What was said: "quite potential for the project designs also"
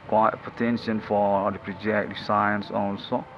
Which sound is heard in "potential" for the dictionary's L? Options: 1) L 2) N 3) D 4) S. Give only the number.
2